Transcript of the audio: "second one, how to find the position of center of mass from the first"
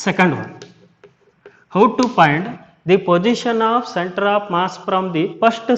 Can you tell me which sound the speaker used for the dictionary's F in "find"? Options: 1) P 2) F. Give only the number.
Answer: 1